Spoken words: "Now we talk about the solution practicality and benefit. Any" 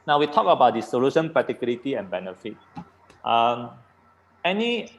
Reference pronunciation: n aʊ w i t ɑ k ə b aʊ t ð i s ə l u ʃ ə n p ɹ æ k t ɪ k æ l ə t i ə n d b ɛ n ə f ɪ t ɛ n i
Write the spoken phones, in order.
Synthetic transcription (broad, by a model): n aʊ w i t ɑ k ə b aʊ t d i s ə l u ʃ ə n p ʌ t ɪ k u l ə t i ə n b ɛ n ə f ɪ t ɛ n i